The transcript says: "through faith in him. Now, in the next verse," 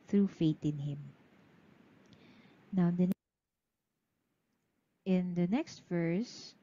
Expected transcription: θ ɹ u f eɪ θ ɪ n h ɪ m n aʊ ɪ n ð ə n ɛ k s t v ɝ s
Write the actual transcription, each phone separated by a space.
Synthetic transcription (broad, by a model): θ ɹ u f eɪ t ɪ n h ɪ m n aʊ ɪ n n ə n ɛ k s t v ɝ s